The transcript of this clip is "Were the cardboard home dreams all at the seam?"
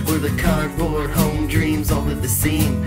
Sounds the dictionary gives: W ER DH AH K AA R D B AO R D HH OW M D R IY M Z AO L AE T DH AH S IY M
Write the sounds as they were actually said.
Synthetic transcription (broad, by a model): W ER DH AH K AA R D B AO R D HH OW M D R IY M Z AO N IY DH AH S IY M